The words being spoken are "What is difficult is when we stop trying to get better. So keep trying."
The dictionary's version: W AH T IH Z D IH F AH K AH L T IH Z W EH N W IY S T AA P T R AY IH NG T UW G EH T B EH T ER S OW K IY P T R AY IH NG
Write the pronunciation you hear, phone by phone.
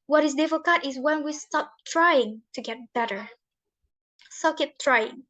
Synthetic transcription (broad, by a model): W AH T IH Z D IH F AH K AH T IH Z W EH N W IY S T AA P T R AY IH NG T UW G EH T B EH T ER S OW K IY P T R AY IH NG